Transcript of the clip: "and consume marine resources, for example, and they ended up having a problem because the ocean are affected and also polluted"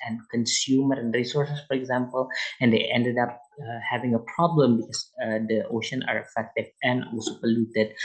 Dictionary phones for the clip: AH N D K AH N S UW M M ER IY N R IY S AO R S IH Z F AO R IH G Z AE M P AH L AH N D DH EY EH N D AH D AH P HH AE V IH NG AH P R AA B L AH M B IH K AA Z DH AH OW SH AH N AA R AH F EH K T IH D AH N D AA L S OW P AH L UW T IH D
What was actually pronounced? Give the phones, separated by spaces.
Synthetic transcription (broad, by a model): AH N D K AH N S UW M M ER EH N R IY S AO R S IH S F AO R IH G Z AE M P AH L AH N D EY EH N D AH D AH P HH AE V IH NG AH P R AA B L AH M B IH K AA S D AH OW SH AH N AA R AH F EH K T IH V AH N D AA L S OW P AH L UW T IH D